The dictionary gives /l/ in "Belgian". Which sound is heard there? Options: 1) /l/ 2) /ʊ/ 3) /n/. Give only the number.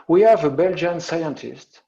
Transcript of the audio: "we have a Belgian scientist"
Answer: 1